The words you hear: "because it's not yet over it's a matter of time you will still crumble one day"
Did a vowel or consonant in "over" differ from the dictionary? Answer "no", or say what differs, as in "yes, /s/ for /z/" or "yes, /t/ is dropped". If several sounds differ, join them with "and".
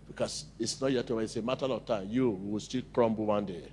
yes, /w/ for /v/